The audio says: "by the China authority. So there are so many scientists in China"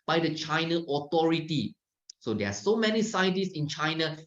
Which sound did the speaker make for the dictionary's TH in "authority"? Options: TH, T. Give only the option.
T